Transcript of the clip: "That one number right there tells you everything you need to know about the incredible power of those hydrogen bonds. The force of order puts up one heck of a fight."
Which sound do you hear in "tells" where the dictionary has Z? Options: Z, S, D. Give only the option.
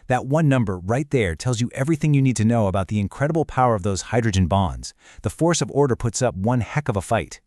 Z